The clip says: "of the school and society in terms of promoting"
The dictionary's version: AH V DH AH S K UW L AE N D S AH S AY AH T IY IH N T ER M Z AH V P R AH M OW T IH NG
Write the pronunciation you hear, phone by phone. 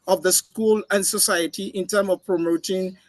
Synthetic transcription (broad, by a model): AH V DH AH S K UW L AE N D S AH S AY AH T IY IH N T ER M AH V P R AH M OW T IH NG